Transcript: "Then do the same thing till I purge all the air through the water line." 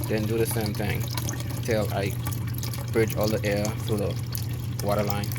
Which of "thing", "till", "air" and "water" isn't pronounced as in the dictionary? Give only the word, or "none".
none